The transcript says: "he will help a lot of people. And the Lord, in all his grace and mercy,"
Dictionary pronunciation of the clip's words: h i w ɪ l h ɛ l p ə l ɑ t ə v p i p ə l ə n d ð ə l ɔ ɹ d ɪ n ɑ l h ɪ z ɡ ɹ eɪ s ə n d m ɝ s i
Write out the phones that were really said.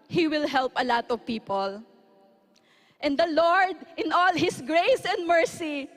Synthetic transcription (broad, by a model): h i w ɪ l h ɛ l p ə l ɑ t ə v p i p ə l ə n d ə l ɔ ɹ d ɪ n ɑ l h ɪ s ɡ ɹ eɪ s ə n d m ɝ s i